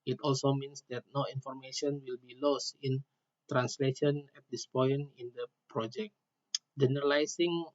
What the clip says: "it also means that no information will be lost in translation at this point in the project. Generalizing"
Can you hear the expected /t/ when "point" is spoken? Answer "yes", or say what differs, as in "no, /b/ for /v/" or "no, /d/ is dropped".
no, /t/ is dropped